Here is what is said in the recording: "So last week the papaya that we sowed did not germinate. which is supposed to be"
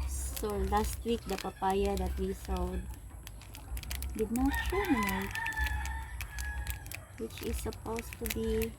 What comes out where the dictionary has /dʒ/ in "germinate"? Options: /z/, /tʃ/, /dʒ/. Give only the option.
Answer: /tʃ/